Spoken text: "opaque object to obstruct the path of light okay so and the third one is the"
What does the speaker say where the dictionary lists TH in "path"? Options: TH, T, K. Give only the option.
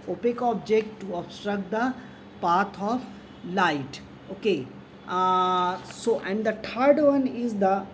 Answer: T